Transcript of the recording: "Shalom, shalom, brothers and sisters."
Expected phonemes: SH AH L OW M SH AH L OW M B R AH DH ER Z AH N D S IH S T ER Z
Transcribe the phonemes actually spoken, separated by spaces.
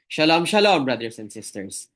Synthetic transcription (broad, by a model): SH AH L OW M SH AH L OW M B R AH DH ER S AH N D S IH S T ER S